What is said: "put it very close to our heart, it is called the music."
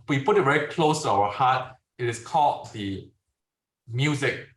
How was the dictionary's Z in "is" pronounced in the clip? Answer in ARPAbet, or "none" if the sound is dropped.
S